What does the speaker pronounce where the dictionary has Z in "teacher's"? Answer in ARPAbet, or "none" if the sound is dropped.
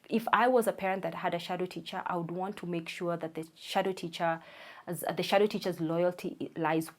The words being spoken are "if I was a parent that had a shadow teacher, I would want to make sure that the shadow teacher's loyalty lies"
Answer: Z